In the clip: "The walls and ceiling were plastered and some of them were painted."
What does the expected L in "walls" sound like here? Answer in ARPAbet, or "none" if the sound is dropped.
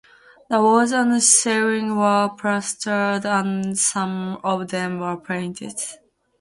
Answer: none